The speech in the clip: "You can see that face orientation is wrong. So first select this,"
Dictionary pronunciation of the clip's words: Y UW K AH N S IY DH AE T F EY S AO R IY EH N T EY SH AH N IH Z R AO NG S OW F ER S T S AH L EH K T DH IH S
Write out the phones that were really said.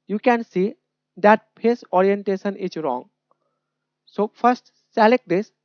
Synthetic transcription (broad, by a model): Y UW K AH N S IY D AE T P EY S AO R IY EH N T EY SH AH N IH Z R AO NG S OW F ER S T S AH L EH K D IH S